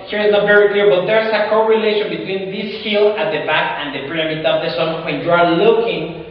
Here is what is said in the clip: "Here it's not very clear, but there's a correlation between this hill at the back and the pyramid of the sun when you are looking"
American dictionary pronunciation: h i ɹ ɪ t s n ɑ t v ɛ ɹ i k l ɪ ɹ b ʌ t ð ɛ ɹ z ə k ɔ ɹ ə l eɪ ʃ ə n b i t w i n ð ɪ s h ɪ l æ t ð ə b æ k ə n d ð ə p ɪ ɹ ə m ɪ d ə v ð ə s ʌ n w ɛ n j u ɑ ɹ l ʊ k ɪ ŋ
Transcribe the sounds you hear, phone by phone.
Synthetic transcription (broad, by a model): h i ɹ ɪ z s n ɑ t v ɛ ɹ i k l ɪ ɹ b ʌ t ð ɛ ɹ s ə k ɔ ɹ ə l eɪ ʃ ə n b i t w i n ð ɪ s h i l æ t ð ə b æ k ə n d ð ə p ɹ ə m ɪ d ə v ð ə s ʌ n w ɛ n j u ɑ ɹ l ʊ k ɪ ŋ